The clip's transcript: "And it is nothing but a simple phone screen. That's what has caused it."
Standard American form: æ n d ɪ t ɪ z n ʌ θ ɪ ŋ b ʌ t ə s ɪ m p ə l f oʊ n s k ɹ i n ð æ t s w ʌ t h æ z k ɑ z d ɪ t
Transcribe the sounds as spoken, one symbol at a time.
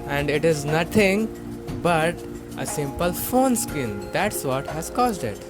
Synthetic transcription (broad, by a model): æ n d ɪ t ɪ z n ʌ t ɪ ŋ b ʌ t ə s ɪ m p ə l f oʊ n s k i n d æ t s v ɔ t h æ z k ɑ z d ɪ t